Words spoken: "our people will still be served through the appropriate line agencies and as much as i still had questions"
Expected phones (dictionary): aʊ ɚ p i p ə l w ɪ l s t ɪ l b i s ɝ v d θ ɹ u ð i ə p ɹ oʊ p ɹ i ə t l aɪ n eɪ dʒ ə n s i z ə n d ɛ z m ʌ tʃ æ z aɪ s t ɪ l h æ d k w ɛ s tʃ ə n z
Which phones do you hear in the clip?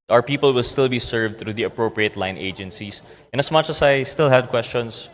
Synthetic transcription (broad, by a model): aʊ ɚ p i p ə l w ɪ l s t ɪ l b i s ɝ v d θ ɹ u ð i ə p ɹ oʊ p ɹ i ə t l aɪ n eɪ dʒ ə n s i s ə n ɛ s m ʌ tʃ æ s aɪ s t ɪ l h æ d k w ɛ s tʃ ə n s